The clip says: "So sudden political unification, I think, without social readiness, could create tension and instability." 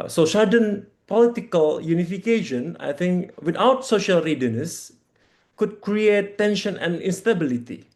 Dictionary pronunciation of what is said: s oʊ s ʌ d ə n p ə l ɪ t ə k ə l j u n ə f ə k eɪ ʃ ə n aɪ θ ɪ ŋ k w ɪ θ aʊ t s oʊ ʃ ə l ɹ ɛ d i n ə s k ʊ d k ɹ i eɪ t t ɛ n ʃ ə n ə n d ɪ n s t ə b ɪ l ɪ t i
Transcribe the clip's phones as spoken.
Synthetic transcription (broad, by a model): s oʊ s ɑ d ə n p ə l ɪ t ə k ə l j u n ə f ə k eɪ ʃ ə n aɪ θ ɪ ŋ k w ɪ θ aʊ t s oʊ ʃ ə l ɹ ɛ d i n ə s k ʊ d k ɹ i eɪ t t ɛ n ʃ ə n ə n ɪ n s t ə b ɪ l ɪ t i